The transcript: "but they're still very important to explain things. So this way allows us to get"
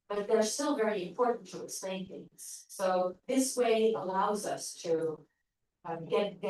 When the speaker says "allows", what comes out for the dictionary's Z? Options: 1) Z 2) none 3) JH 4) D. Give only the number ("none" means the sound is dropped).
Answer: 1